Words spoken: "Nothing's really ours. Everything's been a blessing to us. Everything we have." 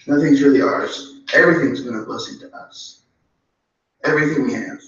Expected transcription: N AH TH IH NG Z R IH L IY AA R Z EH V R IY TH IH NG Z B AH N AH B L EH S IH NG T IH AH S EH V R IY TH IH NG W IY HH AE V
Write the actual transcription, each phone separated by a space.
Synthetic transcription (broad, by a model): N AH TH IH NG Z R IH L IY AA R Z EH V R IY TH IH NG Z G AH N AH B L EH S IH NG T IH AH S EH V R IY TH IH NG W IY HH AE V